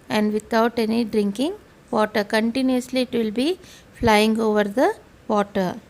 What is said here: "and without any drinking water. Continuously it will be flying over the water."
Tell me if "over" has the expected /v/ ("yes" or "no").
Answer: yes